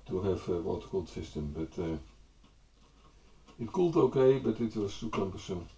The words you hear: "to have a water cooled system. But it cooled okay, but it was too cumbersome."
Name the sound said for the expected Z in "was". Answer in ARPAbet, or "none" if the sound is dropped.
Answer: S